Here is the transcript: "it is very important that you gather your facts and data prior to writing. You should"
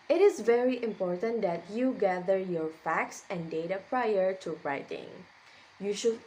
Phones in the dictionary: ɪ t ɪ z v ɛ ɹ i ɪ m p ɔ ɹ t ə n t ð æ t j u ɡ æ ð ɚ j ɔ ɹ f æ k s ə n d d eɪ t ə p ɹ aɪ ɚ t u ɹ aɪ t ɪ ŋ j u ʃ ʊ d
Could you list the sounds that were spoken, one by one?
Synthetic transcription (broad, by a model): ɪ t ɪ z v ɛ ɹ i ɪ m p ɔ ɹ t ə n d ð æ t j u ɡ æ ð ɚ j ɔ ɹ f æ k s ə n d d eɪ t ə p ɹ aɪ ɚ t u ɹ aɪ t ɪ ŋ j u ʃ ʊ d